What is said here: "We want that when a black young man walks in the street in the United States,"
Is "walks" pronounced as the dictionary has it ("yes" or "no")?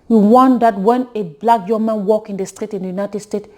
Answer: no